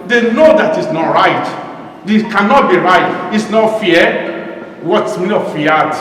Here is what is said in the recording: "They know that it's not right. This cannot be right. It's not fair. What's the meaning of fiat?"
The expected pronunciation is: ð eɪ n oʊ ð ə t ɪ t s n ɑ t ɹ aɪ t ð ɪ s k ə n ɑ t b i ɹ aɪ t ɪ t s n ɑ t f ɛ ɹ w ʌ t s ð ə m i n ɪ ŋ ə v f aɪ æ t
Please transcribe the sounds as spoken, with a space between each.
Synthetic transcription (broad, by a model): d eɪ n oʊ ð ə t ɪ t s n ɑ t ɹ aɪ t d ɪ k ə n ɑ t b i ɹ aɪ t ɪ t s n ɑ t f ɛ w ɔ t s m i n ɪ f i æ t